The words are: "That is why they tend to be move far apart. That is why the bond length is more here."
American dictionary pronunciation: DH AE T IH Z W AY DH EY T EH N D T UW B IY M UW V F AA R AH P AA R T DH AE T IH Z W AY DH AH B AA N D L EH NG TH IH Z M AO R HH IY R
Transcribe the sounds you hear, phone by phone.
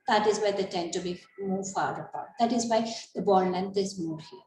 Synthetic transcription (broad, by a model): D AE T IH Z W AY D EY T EH N D T UW B IY M UW V F AA R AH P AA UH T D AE T IH Z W AY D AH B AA D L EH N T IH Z M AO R HH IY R